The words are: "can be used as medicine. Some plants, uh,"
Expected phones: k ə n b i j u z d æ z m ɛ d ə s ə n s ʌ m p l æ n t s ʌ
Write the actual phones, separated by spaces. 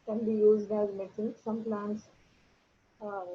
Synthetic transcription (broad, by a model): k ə n b i j u z d æ z m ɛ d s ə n s ʌ m p l æ n t s